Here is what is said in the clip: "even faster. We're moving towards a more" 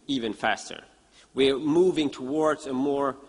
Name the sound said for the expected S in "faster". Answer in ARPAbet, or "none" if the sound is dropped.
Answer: S